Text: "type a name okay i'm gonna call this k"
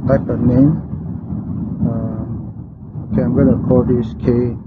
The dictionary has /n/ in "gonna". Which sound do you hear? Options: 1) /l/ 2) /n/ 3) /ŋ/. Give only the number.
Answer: 1